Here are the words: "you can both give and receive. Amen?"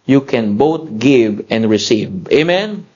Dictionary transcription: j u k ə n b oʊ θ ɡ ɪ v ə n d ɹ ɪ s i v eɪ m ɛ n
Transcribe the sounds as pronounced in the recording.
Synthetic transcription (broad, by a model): j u k ə n b oʊ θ ɡ ɪ v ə n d ɹ ɪ s i v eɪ m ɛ n